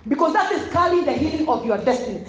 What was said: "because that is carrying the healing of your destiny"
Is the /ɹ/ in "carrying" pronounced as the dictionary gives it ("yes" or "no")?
no